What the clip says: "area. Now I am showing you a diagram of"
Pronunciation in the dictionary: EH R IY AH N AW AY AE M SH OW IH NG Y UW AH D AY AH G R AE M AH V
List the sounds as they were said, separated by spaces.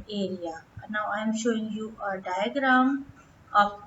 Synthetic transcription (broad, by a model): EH R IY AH N AW AY M SH OW IH NG Y UW AH D AY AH G R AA M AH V